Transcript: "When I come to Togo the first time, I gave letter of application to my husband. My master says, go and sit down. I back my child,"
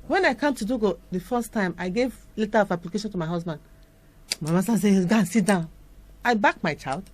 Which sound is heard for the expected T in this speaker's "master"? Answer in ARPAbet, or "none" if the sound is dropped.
S